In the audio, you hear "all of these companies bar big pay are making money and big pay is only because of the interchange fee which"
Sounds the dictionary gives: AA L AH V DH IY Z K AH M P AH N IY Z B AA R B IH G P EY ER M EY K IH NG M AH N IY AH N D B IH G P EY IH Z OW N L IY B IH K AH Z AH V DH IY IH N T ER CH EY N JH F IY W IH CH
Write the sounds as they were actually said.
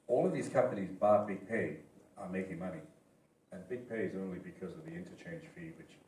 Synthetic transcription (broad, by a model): AA L AH V DH IY Z K AH M P AH N IY Z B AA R B IH G P EY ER M EY K IH NG M AH N IY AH N B IH G P EY IH Z OW N L IY B IH K AH Z AH V DH IY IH N T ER CH EY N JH F IY W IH CH